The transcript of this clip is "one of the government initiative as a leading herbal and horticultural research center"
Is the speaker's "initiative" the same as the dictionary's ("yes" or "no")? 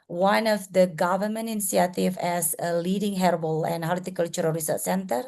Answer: no